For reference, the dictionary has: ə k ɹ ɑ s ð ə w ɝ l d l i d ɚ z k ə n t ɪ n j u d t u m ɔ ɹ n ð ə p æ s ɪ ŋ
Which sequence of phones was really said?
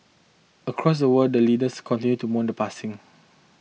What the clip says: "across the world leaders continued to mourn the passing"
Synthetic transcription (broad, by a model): ə k ɹ ɑ s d ə w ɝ d l i d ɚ s k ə n t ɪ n j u t u m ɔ n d ə p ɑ s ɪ ŋ